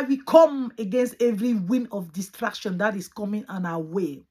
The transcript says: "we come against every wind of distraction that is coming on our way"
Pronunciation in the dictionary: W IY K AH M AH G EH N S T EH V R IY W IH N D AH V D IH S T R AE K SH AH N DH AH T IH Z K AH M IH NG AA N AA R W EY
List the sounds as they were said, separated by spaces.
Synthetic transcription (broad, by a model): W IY K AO M AH G EH N S T EH V R IY W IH N AH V D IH S T R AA K SH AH N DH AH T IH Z K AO M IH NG AA N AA W EY